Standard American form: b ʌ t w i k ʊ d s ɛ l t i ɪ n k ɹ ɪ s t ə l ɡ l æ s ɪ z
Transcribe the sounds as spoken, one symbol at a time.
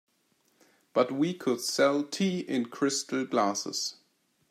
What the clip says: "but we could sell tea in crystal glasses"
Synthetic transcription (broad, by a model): b ʌ t w i k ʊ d s ɛ l t i ɪ n k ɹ ɪ s t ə l ɡ l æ s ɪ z